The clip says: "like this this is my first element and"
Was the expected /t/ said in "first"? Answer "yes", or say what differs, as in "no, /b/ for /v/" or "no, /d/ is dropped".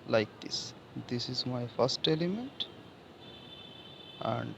yes